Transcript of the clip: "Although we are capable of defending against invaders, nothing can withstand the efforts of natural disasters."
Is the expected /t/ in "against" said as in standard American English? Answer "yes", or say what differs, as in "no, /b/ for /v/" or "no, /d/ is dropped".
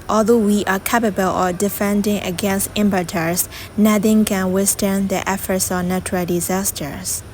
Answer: yes